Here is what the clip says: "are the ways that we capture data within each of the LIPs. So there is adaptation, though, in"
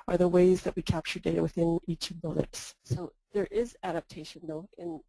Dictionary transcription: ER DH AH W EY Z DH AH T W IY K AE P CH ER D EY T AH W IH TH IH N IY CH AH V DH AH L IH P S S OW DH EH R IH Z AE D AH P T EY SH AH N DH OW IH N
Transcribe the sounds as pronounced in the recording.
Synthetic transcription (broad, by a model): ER DH AH W EY Z DH AH T W IY K AE P CH ER D EY T AH W IH TH IH N IY CH AH V DH AH L IH P S S OW DH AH R IH Z AE D AH P T EY SH AH N DH OW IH N